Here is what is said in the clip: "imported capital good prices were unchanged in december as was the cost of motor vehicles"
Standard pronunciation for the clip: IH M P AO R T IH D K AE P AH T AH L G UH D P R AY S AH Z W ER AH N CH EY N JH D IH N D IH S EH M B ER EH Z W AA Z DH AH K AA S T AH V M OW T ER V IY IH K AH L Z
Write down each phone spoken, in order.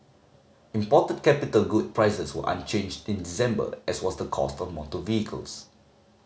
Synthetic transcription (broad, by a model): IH M P AO T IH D K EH P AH T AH L G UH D P R AY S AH S W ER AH N CH EY N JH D IH N D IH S EH M B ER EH S W AA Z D AH K AA S T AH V M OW T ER V IY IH K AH L S